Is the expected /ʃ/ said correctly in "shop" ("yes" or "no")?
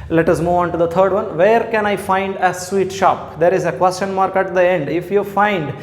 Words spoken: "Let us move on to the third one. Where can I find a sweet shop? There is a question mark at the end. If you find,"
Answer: yes